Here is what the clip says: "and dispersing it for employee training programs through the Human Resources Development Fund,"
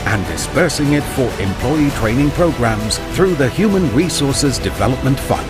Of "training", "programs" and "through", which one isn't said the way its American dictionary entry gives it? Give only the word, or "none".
none